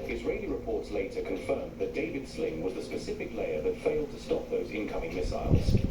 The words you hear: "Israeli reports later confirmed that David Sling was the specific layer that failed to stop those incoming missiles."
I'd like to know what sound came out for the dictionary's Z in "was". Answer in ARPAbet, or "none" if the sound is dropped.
Z